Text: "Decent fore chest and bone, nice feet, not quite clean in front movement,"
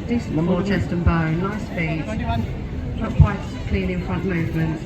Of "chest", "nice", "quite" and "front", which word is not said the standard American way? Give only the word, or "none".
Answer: nice